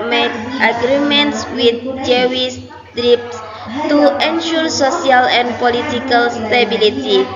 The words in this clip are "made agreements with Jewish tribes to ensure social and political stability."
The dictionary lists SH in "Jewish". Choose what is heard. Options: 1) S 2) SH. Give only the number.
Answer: 1